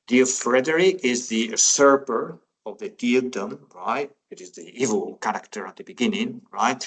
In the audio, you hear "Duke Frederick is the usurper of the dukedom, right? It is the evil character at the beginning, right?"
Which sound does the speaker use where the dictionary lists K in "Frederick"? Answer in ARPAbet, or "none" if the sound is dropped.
none